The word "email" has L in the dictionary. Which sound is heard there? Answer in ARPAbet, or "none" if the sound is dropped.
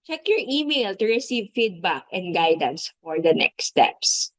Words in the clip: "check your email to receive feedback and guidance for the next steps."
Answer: L